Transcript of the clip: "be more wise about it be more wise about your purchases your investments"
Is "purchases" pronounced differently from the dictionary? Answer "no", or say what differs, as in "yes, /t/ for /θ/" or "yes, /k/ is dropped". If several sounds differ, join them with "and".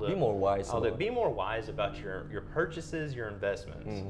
no